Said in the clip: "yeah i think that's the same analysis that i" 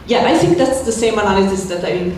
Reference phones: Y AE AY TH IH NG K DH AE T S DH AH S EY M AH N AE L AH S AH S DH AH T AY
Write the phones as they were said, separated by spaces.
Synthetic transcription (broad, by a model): Y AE AY TH IH NG K DH AE T S DH AH S EY M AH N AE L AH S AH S DH AH T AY